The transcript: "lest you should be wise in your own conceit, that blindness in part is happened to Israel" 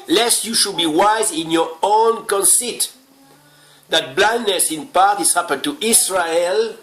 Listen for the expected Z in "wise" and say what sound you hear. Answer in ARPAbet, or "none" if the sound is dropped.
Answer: Z